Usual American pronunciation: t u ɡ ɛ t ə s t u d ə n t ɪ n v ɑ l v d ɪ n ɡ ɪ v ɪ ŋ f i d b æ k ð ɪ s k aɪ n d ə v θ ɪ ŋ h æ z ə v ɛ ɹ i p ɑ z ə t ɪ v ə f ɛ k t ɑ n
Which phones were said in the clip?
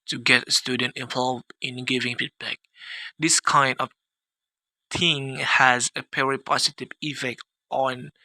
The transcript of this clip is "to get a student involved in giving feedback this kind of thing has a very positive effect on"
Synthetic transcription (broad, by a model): t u ɡ ɛ t ə s t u d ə n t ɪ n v ɑ l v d ɪ n ɡ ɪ v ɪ ŋ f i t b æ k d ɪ s k aɪ n d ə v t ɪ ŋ h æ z ə p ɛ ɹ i p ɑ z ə t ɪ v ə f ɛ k t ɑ n